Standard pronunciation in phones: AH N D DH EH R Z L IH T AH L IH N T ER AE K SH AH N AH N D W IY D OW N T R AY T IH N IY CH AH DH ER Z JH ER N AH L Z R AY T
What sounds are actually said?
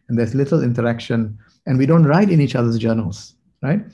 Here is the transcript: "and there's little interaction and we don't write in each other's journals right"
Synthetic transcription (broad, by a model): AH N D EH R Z L IH T AH L IH N T ER AE K SH AH N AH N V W IY D OW N T R AY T IH N IY CH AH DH ER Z JH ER N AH L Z R AY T